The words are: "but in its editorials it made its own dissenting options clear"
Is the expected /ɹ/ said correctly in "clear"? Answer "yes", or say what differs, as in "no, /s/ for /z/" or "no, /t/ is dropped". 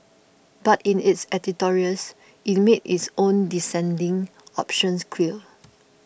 no, /l/ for /ɹ/